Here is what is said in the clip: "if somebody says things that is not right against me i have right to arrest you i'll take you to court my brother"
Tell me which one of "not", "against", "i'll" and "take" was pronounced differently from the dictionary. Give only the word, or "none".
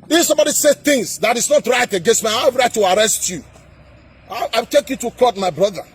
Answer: i'll